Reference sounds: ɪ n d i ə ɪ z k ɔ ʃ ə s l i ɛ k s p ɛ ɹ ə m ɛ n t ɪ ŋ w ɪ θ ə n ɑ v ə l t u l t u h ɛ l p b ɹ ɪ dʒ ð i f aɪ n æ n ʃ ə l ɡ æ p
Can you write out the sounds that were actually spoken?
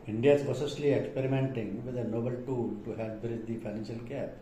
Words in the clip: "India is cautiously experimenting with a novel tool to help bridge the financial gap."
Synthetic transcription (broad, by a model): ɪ n d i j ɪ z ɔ s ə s l i ɛ k s p ɛ ɹ ə m ɛ n t ɪ ŋ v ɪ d ə n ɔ b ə l t u l t u h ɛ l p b ɹ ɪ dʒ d i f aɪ n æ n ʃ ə l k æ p